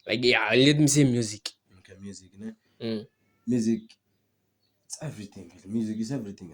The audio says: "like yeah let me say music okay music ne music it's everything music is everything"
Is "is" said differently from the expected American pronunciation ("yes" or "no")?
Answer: yes